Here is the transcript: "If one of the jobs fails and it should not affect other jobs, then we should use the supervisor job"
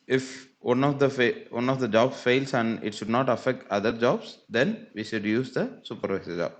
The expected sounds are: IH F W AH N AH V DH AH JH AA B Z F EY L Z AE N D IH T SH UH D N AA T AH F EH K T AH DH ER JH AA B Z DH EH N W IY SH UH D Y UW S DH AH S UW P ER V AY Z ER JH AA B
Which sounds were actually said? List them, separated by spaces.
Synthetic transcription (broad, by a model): IH F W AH N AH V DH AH JH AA B S F EY L S AE N D IH T SH UH D N AA T AH F EH K T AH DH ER JH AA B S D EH N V IY SH UH D Y UW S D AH S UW P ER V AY S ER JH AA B